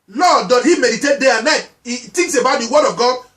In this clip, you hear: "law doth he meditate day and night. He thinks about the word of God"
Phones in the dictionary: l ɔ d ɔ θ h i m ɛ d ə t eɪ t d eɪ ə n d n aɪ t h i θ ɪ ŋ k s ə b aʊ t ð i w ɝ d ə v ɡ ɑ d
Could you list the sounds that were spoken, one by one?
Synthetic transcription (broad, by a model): l ɔ d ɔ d h i m ɛ d ə t eɪ t d eɪ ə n n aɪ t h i t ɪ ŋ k s ə b aʊ t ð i w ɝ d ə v ɡ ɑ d